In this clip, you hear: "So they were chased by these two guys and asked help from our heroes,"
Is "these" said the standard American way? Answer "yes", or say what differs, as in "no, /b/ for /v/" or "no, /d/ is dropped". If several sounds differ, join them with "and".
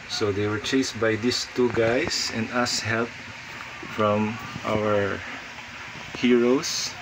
no, /s/ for /z/